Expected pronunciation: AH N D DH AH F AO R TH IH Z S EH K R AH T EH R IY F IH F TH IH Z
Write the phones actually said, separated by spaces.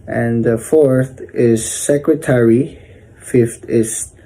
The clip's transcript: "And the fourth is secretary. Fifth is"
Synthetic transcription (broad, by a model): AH N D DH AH F AO R TH IH Z S EH K R AH T EH R IY F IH F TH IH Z